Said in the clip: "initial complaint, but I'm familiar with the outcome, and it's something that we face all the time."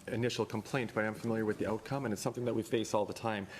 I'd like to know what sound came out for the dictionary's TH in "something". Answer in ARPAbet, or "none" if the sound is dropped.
TH